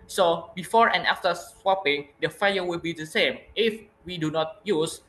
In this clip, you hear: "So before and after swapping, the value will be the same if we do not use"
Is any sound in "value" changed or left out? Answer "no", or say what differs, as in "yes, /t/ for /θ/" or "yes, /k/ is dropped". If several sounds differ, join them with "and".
yes, /f/ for /v/